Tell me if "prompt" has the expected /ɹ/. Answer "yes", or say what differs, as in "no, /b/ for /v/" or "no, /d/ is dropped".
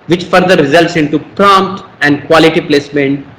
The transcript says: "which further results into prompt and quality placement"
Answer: yes